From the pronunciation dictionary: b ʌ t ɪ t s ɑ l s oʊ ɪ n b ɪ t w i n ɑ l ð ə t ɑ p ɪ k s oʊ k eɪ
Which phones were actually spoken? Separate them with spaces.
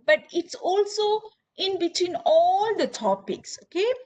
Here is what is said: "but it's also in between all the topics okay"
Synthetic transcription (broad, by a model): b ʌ t ɪ t s ɑ l s oʊ ɪ n b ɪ t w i n ɑ l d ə t ɑ p ɪ k s oʊ k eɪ